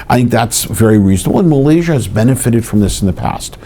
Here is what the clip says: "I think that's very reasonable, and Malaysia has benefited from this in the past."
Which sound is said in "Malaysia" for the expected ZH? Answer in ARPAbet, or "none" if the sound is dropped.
ZH